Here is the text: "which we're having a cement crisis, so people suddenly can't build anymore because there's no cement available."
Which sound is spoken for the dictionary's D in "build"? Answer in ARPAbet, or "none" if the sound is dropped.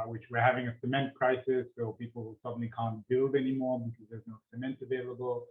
D